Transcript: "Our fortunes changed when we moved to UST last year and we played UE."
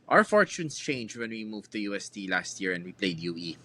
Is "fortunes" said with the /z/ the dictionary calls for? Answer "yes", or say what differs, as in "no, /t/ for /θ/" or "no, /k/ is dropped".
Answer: no, /s/ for /z/